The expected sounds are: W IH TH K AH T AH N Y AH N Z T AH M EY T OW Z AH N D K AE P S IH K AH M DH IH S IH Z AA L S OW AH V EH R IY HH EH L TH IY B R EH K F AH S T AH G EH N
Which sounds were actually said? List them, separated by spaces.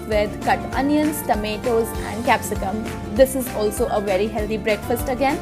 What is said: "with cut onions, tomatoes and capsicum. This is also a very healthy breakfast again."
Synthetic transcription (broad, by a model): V IH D K AH T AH N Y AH N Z T AH M EY T OW Z AH N D K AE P S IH K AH M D IH S IH Z AA L S OW AH V EH R IY HH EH L T IY B R EH K F AH S T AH G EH N